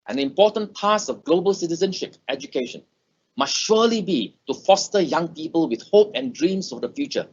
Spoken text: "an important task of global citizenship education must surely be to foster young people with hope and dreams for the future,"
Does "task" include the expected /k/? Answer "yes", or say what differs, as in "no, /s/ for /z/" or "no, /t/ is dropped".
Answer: no, /k/ is dropped